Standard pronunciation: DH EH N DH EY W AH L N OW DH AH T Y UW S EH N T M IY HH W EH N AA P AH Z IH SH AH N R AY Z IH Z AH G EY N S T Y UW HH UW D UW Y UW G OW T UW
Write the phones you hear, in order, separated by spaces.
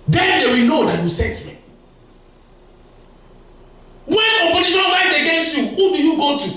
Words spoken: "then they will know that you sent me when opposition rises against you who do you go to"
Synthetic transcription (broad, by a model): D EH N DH EY W AH L N OW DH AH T Y UW S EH T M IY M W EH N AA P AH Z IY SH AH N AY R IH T AH G EY N S T Y UW HH UW D UW Y UW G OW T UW